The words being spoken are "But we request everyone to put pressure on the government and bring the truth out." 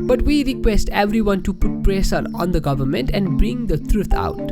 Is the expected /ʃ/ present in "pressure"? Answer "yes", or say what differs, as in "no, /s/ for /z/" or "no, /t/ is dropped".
no, /s/ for /ʃ/